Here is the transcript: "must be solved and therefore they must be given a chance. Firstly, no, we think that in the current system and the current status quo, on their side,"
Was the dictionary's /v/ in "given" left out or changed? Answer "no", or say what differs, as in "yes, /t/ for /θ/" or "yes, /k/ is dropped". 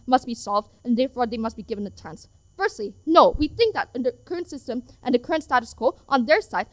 no